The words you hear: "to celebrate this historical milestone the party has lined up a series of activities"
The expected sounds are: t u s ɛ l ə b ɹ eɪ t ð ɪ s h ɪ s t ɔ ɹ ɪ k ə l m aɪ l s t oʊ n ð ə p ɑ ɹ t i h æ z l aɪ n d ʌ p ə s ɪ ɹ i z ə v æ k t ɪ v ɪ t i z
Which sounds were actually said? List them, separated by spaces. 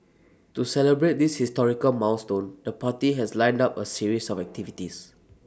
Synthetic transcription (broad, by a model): t u s ɛ l ə b ɹ eɪ t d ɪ s h ɪ s t ɔ ɹ ɪ k ə l m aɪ w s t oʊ n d ə p ɑ t i h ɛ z l aɪ n d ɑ p ə s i ɹ i s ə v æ k t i v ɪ t i s